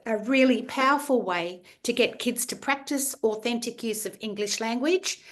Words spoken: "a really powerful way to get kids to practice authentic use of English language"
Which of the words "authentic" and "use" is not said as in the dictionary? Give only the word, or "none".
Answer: none